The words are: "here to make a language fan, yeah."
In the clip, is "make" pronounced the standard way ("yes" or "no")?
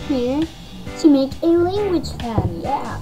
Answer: yes